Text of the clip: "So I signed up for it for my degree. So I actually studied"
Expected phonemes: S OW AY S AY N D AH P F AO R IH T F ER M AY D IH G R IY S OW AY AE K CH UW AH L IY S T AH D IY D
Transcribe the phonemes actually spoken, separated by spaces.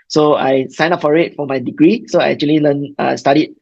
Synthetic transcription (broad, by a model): S OW AY S AY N AA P F AO R IH T F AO M AY D IH G R IY S OW AY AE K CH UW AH L IY S T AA D IY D